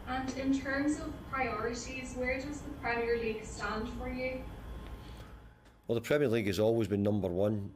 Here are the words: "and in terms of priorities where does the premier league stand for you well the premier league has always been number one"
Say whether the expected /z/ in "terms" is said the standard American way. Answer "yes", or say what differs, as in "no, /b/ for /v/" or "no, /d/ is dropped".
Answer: yes